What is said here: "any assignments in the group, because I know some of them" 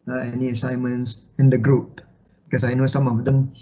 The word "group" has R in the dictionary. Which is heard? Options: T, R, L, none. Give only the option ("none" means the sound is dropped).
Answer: R